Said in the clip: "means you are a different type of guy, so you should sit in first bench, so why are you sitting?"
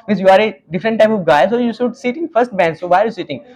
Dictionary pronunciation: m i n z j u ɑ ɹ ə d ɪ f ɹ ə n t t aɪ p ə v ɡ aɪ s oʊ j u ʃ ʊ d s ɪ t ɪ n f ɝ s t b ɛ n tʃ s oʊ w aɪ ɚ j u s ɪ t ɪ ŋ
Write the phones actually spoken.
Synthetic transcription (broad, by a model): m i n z j u ɑ ɹ ə d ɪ f ɹ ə n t t aɪ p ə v ɡ aɪ s oʊ j u s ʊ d s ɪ t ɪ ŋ f ɝ s t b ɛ n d s oʊ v aɪ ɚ j u s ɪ t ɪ ŋ